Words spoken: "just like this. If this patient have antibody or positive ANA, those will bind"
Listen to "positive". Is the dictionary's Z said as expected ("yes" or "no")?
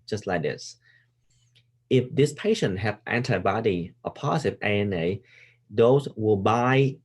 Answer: no